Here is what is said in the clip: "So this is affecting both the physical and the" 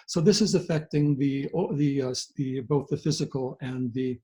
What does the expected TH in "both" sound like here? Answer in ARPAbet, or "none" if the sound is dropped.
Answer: TH